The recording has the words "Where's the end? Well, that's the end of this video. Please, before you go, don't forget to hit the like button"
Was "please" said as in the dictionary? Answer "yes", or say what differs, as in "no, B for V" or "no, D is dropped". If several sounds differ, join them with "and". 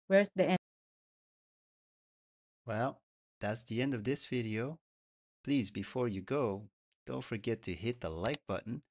yes